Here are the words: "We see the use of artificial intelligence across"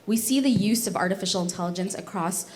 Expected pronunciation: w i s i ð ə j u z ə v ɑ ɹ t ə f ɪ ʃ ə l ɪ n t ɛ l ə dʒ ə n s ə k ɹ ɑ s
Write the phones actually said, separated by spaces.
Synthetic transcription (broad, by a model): w i s i ð ə j u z ə v ɑ ɹ t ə f ɪ ʃ l ɪ n t ɛ l ə dʒ ə n s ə k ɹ ɑ s